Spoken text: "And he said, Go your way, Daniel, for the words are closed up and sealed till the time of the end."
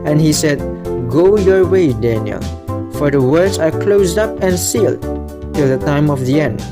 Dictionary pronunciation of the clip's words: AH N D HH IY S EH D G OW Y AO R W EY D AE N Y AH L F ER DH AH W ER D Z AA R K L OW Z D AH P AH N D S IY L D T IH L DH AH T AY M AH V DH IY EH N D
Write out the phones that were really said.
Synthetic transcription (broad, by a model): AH N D HH IY S EH D G OW Y AO R W EY D AE N Y AH L F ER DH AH W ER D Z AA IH K L OW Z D AH P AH N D S IY L D T IH L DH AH T AY M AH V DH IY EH N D